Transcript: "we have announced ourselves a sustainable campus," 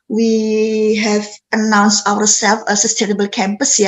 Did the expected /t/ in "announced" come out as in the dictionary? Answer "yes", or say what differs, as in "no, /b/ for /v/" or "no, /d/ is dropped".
yes